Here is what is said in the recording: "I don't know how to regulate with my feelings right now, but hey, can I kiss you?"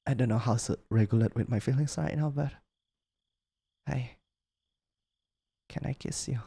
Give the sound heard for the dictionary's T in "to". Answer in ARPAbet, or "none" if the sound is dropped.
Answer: S